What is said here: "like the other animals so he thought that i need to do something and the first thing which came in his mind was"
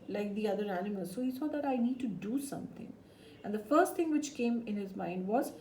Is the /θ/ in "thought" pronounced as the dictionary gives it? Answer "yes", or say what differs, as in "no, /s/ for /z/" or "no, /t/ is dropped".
no, /s/ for /θ/